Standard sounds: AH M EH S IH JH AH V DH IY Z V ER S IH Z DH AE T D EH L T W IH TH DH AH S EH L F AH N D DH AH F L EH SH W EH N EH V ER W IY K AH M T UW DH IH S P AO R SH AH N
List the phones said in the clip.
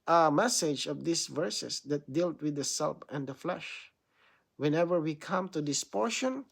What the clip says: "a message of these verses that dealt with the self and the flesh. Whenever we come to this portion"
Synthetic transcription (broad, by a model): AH M EH S IH JH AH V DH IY S V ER S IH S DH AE T D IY L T W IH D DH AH S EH L P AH N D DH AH F L EH SH W EH N EH V ER W IY K AH M T UW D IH S P AO R SH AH N